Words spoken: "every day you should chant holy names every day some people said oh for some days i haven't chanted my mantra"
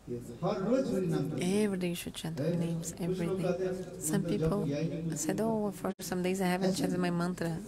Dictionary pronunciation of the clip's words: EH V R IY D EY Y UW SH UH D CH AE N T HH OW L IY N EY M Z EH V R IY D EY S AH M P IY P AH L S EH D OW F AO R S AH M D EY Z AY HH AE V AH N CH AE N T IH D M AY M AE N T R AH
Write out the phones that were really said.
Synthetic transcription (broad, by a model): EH V R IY D EY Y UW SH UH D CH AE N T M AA IY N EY M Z EH V R IY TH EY S AH M P IY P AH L S EH D OW F AO R S AH M D EY Z AY HH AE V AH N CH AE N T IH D M AY M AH N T R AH